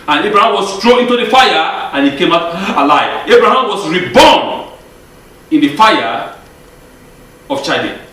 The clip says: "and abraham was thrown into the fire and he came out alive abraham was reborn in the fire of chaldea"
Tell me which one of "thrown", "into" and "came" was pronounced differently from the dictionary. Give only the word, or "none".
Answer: thrown